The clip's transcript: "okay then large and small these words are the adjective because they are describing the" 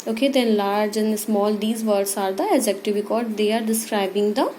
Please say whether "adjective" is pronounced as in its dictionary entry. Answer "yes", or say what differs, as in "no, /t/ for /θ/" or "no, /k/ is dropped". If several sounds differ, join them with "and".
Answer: no, /z/ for /dʒ/